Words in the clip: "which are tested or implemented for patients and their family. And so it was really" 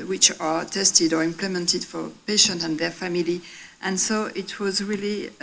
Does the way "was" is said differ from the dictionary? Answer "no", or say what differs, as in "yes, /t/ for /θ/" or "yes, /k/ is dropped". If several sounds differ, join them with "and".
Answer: no